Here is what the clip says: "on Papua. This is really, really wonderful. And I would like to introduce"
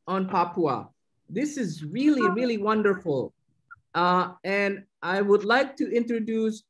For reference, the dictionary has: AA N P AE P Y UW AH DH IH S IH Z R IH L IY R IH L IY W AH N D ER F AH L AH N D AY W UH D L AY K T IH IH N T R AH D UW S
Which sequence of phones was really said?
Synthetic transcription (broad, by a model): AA N P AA P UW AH DH IH S IH Z R IH L IY R IH L IY W AH N D ER F L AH N AY W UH D L AY K T IH IH N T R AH D UW S